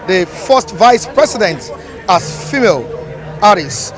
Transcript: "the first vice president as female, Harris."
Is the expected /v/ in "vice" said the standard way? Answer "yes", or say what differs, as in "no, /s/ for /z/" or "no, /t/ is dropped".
yes